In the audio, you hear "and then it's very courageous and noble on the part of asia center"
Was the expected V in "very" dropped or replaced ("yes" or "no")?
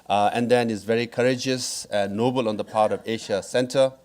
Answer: no